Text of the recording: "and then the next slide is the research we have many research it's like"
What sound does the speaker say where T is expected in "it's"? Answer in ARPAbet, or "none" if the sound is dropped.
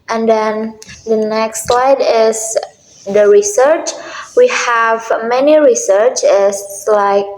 S